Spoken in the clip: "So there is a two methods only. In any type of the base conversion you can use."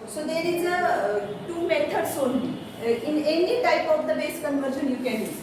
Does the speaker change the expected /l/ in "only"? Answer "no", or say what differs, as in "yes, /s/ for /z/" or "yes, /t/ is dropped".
yes, /l/ is dropped